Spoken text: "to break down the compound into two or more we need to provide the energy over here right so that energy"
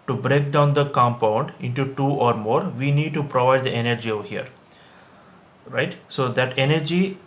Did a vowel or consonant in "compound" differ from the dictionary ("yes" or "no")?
no